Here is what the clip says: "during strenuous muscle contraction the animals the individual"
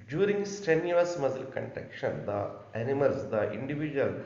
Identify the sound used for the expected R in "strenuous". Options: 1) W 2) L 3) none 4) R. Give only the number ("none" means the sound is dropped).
3